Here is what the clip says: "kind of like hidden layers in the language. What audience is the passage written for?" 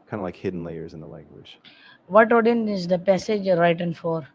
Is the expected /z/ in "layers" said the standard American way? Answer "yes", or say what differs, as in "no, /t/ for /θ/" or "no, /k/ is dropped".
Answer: yes